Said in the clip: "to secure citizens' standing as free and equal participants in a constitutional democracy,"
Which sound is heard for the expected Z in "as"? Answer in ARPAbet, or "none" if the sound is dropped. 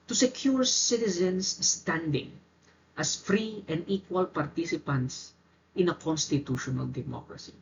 S